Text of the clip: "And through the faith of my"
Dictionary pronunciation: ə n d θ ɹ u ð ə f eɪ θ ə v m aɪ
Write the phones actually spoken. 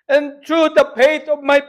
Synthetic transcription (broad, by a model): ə n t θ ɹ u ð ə p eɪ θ ə v m aɪ